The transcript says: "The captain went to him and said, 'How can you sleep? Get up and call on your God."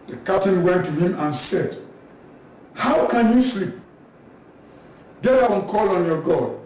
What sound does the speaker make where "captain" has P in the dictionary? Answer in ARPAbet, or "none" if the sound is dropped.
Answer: none